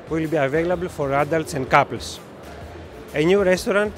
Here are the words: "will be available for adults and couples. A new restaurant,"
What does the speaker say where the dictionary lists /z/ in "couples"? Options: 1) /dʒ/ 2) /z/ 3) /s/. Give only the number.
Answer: 3